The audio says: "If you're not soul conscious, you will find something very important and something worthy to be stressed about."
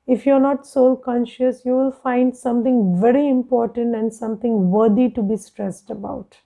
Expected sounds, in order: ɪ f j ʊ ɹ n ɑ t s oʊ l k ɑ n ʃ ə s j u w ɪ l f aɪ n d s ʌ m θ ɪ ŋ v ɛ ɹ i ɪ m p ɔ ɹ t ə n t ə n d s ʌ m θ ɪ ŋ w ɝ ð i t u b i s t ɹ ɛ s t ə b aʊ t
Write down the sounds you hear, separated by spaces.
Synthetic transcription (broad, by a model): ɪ f j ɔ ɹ n ɑ t s oʊ l k ɑ n ʃ ə s j u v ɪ l f aɪ n d s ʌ m t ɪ ŋ v ɛ ɹ i ɪ m p ɔ ɹ t ə n t ə n d s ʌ m t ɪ ŋ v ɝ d i t u b i s t ɹ ɛ s t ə b aʊ t